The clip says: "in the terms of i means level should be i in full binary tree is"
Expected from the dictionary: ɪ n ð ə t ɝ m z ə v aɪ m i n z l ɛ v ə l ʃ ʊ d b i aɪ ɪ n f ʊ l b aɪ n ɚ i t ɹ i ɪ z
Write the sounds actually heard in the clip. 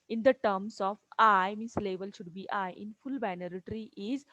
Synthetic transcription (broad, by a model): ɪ n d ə t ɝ m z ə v aɪ m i n s l ɛ v ə l ʃ ʊ d b i aɪ ɪ n f ʊ l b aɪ n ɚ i t ɹ i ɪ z